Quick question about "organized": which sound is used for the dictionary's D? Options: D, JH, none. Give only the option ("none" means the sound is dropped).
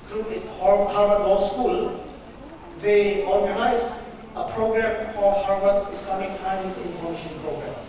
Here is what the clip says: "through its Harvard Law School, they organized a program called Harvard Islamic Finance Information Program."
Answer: none